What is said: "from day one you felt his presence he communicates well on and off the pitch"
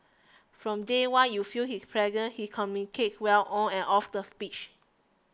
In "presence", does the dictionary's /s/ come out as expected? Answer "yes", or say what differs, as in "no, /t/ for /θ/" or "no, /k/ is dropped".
no, /s/ is dropped